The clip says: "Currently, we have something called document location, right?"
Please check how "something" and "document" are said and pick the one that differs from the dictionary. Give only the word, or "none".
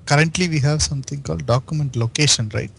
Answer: something